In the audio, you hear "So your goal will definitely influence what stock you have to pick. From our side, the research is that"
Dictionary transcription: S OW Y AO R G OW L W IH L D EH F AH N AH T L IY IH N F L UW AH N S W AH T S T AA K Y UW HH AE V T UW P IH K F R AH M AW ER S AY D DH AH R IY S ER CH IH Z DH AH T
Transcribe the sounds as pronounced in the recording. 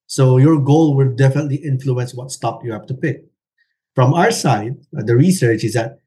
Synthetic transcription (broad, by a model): S OW Y AO R G OW L W IH L D EH F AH N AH T L IY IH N F L UW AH N S W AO T S T AA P Y UW HH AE F T UW P IH K F R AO M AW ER S AY D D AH R IY S ER CH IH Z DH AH T